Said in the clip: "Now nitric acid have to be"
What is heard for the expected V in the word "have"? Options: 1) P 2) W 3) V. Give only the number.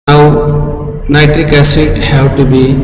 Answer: 2